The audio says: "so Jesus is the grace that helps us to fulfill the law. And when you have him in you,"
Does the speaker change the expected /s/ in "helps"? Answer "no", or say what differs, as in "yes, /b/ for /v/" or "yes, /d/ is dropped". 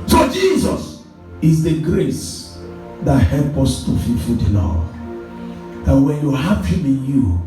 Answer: yes, /s/ is dropped